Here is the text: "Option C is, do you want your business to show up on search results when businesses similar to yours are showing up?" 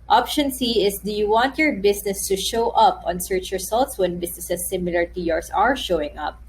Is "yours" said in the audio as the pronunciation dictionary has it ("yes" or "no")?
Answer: no